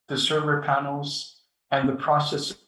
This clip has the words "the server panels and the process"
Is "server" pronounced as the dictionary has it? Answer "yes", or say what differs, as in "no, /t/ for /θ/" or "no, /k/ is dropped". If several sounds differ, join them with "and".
yes